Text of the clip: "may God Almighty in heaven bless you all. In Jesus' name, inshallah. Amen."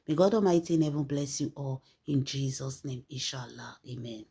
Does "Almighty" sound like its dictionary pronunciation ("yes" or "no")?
no